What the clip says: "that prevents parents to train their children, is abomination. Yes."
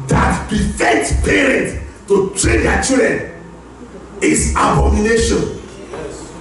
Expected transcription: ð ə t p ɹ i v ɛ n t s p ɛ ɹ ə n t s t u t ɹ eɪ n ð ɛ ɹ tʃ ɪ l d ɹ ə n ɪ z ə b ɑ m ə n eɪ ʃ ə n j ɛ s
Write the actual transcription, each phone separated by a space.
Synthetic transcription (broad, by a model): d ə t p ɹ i f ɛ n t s p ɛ ɹ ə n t t u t ɹ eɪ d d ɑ tʃ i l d ɹ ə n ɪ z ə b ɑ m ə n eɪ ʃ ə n